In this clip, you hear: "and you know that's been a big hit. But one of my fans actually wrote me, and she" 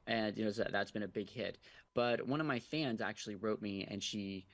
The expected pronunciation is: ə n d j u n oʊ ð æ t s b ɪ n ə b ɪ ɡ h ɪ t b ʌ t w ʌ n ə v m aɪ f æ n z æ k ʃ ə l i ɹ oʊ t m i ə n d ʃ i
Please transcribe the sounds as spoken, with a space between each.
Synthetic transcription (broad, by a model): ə n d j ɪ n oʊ ð æ t s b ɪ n ə b ɪ ɡ h ɪ t b ʌ t w ʌ n ə v m aɪ f æ n z æ k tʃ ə l i ɹ oʊ t m i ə n ʃ i